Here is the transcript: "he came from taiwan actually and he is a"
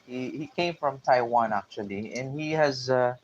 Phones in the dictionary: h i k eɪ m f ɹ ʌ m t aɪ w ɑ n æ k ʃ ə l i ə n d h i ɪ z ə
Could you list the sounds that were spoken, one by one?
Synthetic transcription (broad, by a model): h i k eɪ m f ɹ ʌ m t aɪ w ɑ n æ k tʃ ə l i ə n h i ɪ z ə